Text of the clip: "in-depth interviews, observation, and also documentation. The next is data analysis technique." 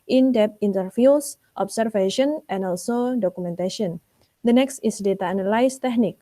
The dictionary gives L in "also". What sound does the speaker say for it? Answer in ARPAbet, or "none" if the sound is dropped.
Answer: L